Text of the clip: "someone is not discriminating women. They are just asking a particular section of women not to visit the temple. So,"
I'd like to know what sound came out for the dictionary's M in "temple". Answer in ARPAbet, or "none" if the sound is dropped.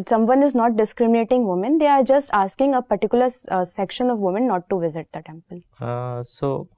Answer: M